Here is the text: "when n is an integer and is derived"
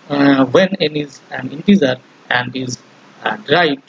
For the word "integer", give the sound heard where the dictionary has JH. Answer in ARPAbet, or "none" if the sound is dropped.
Z